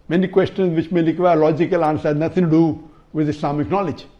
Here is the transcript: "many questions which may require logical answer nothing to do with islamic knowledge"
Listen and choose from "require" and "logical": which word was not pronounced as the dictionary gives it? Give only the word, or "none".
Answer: require